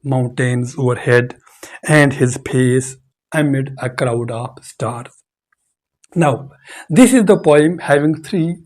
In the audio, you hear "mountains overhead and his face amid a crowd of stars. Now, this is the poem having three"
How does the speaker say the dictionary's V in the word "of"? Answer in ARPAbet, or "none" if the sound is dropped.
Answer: P